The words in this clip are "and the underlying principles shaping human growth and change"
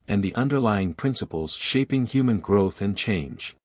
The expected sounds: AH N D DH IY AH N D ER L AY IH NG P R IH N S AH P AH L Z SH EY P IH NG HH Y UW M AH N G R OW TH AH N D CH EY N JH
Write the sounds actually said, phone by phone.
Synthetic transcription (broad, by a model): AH N DH IY AH N D ER L AY IH NG P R IH N S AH P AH L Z SH EY P IH NG HH Y UW M AH N G R OW TH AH N CH EY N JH